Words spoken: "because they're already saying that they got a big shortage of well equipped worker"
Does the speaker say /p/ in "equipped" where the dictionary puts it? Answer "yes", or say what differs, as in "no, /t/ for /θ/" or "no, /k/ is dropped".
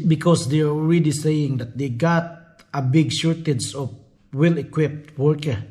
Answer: yes